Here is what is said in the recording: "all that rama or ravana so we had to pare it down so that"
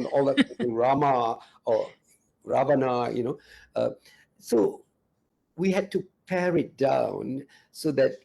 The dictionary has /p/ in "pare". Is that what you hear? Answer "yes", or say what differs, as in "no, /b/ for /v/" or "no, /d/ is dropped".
yes